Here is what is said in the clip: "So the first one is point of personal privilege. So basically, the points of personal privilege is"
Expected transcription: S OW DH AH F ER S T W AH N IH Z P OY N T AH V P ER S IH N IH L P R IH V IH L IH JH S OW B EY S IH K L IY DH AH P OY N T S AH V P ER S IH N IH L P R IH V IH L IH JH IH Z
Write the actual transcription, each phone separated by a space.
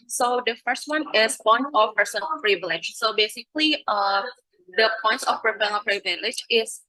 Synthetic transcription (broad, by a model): S OW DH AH F ER S T W AH N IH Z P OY N AH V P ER S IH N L P R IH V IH L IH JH S OW B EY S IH K L IY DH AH P OY N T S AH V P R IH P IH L P R IH V IH L IH JH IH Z